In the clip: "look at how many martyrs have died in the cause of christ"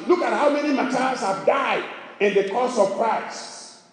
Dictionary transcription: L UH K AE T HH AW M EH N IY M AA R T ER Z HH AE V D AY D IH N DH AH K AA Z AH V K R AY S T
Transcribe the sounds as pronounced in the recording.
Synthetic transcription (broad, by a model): L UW K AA T HH AW M EH N IY M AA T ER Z HH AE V D AY D IH N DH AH K AA S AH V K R AY S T